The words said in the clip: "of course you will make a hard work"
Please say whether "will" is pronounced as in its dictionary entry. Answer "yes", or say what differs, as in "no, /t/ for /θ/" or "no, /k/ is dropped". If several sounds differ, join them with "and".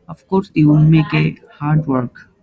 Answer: no, /n/ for /l/